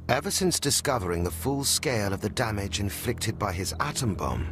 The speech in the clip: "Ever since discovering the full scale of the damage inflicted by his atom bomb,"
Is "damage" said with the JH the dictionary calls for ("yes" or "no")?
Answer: yes